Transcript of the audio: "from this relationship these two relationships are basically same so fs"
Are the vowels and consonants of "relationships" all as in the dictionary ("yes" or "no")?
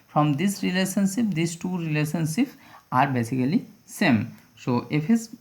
no